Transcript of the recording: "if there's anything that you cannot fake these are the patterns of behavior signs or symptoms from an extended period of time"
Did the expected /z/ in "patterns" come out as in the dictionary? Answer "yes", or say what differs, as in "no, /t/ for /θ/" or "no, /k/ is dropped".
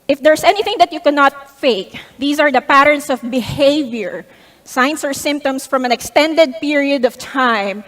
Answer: no, /s/ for /z/